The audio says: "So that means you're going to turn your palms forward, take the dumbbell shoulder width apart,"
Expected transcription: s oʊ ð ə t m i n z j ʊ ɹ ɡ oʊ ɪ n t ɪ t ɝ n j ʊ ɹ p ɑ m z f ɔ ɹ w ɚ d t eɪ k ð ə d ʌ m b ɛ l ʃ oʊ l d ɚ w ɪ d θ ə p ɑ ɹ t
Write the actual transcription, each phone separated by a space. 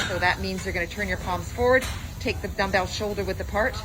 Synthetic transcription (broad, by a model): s oʊ ð ə t m i n z j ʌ ɹ ɡ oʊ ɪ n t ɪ t ɝ n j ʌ ɹ p ɑ m z f ɔ ɹ w ɚ d t eɪ k ð ə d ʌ m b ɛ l ʃ oʊ l d ɚ w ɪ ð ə p ɑ ɹ t